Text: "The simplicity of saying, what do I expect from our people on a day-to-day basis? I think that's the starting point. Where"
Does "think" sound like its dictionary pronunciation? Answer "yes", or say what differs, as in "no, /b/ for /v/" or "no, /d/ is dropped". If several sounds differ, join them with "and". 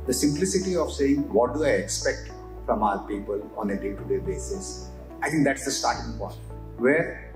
no, /t/ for /θ/